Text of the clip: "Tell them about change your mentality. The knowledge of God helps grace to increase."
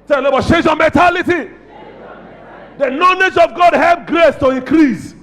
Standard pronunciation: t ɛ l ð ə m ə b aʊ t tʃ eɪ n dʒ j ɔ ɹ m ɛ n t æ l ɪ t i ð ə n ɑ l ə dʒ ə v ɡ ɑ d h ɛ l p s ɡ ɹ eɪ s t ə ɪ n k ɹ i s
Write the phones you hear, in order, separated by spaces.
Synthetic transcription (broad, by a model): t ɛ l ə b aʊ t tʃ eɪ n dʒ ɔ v m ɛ n t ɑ l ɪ t i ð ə n ɑ l ə dʒ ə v ɡ ɑ d h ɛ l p ɡ ɹ eɪ s t ə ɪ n k ɹ i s